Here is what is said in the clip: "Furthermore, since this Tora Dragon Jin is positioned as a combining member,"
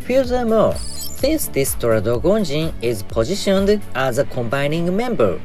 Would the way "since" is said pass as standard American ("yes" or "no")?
no